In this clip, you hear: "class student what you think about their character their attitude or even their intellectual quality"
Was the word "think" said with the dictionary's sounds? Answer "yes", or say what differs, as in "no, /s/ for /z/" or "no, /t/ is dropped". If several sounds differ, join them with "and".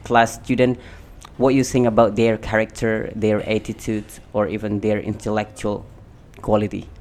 no, /k/ is dropped